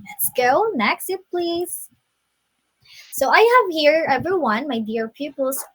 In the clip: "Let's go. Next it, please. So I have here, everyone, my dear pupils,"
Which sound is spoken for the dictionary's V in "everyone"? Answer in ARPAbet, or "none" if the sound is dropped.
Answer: V